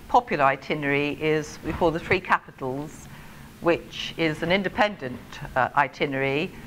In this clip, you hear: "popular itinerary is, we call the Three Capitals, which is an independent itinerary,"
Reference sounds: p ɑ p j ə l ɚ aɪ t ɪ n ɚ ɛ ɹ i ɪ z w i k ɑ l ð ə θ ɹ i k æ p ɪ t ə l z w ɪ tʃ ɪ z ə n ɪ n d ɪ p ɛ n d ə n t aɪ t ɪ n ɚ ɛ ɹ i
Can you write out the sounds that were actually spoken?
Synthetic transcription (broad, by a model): p ɑ p j l ɚ aɪ t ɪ n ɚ ɹ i ɪ z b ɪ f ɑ ð ə θ ɹ i k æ p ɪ t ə l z w ɪ tʃ ɪ z ə n ɪ n d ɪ p ɛ n d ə n t aɪ t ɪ n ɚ ɹ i